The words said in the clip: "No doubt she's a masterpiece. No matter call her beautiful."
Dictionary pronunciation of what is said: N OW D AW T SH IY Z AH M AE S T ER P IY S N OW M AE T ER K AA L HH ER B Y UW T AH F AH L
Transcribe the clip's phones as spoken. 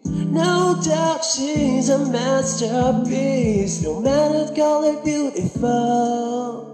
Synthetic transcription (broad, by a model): N OW D AW T SH IY Z AH M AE S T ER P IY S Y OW M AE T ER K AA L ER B Y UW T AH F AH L